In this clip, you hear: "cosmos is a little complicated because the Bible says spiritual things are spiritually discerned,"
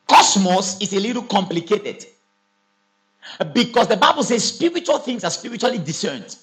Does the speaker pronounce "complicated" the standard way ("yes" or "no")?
yes